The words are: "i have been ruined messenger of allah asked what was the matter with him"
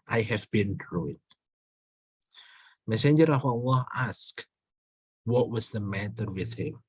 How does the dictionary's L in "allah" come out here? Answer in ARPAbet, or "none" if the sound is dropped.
W